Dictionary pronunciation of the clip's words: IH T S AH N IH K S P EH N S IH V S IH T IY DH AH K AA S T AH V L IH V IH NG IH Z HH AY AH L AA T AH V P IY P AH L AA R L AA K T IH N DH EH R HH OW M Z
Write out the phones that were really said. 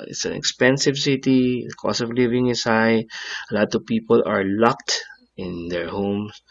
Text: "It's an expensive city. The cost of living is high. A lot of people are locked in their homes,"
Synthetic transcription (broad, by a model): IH T S AH N IH K S P EH N S IH V S IH T IY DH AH K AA S AH V L IH V IH NG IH S HH AY AH L AA T AH V P IY P AH L AA R L AA K T IH N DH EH R HH OW M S